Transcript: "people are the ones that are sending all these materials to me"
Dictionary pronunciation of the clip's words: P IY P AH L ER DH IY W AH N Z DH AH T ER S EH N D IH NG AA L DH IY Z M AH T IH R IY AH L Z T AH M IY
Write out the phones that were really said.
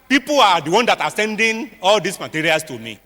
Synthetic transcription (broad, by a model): P IY P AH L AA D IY W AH N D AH T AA S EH N D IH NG AA L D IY S M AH T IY R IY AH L S T AH M IY